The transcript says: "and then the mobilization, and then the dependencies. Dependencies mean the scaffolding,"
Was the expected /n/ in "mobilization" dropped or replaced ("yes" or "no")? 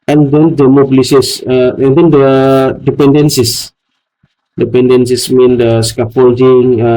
yes